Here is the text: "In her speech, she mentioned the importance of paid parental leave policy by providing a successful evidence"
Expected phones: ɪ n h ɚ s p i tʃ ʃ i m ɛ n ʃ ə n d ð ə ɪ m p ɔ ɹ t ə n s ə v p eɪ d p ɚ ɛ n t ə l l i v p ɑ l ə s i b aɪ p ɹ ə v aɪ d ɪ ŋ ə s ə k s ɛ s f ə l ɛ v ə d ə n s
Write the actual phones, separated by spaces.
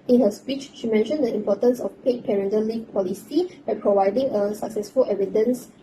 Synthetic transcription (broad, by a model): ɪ n h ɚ s p i tʃ ʃ i m ɛ n ʃ ə n d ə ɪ m p ɔ t ə n s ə f p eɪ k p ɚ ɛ n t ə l l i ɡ p ɑ l ə s i b aɪ p ɹ ə v aɪ d ɪ ŋ ə s ə k s ɛ s f ə l ɛ v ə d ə n s